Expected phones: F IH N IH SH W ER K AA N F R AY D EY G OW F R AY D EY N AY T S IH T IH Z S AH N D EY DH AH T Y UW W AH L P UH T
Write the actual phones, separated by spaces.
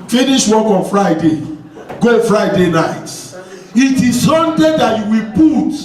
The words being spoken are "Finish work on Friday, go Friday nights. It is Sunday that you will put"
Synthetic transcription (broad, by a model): F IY N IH SH W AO K AA N F R AY D EY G OW F R AY D EY N AY T IH T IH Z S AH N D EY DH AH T Y UW W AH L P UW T